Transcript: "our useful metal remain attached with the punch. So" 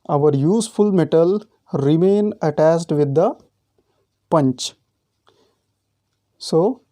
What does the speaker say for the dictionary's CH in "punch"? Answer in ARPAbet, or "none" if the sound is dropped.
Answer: CH